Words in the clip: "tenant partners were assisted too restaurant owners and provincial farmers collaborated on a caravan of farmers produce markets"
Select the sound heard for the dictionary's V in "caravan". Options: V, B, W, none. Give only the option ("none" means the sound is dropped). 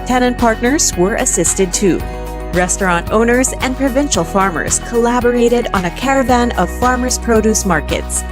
V